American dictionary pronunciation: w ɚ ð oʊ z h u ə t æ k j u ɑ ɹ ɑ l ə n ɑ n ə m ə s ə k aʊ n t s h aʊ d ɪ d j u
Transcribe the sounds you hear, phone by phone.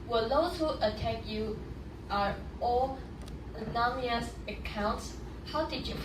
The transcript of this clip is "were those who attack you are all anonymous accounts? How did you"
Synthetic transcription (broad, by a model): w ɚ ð oʊ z h u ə t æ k j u ɑ ɹ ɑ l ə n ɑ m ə ə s ə k aʊ n t s h aʊ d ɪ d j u